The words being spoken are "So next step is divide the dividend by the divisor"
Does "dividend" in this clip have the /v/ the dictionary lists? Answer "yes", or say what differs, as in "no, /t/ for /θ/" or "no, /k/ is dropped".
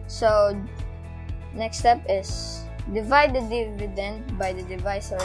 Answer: yes